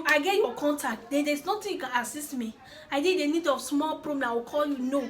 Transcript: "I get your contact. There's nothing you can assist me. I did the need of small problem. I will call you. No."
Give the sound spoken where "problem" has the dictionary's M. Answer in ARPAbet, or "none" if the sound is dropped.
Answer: none